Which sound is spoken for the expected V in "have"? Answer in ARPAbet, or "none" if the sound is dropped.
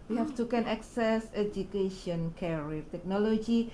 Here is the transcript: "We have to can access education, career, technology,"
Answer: F